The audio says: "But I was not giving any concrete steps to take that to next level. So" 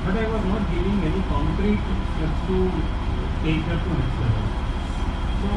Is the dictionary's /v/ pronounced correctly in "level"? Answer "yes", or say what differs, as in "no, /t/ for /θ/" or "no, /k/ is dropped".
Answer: no, /v/ is dropped